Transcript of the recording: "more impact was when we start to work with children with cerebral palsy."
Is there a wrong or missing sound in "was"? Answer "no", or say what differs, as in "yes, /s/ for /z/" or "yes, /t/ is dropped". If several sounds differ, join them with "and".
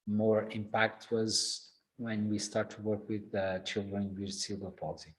no